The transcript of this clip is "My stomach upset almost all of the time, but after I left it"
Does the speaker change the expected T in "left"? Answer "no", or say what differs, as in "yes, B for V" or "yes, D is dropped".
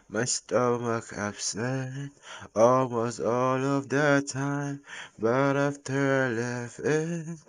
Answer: yes, T is dropped